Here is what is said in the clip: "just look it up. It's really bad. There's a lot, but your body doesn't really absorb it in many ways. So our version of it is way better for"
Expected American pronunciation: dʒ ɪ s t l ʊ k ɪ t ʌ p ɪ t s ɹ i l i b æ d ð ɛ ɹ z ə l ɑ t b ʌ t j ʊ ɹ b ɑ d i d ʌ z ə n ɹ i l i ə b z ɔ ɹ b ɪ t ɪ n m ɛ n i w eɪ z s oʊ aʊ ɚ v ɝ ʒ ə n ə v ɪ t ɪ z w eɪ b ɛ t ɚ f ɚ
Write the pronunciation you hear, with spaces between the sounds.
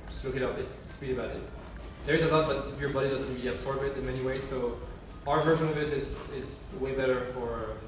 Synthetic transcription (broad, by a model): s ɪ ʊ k ɪ t ʌ p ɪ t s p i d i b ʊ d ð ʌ ɹ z ə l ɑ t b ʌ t j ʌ ɹ b ɑ d i d ʌ z ə n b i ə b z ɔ ɹ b ɪ t ɪ n m ɛ n i w eɪ z s oʊ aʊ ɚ v ɝ ʒ ə n ə v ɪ t ɪ z w eɪ b ɛ t ɚ f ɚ